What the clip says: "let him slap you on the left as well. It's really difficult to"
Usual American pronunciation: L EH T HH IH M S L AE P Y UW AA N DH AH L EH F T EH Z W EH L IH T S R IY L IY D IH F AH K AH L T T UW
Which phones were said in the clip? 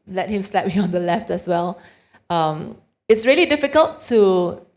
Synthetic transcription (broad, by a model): L EH T HH IH M S L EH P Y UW AA N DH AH L EH F T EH S W EH L IH T S R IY L IY D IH F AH K AH L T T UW